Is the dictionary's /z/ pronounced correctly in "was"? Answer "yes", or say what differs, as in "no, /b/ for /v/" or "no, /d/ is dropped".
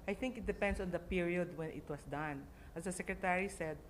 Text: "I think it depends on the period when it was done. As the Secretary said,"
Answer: no, /s/ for /z/